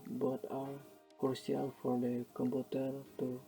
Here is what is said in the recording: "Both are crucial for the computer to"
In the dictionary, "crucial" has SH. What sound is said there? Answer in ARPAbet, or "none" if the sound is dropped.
none